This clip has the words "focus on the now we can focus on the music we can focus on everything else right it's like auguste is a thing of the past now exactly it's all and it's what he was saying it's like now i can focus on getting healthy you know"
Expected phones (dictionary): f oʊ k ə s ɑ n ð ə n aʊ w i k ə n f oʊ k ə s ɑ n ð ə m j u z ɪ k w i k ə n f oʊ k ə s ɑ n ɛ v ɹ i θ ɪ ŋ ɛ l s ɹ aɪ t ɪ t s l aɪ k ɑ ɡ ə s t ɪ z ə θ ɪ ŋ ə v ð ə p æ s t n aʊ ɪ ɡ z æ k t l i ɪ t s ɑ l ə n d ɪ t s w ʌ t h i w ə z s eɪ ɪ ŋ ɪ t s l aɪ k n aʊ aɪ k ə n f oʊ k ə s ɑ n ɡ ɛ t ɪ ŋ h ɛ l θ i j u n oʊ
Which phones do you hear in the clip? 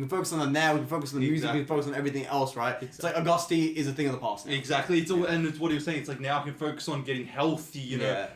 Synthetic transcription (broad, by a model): f oʊ k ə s n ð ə n aʊ w i k ə n f oʊ k ə s n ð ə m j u z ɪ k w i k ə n f oʊ k ə s n ɛ v ɹ i θ ɪ ŋ ɛ l s ɹ aɪ t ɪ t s l aɪ k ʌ ɡ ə s t ɪ z ə θ ɪ ŋ ə v ð ə p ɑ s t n ɪ ɡ z æ k t l i ɪ t s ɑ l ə n ɪ t s w ʌ t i w ə z s eɪ ɪ ŋ ɪ t s l aɪ k n aʊ aɪ k ə n f oʊ k ə s n ɡ ɛ t ɪ ŋ h ɛ l θ i j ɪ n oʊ